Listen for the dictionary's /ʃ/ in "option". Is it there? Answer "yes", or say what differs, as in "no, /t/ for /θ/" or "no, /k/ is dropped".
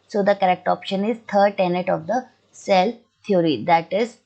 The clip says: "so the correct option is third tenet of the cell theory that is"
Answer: yes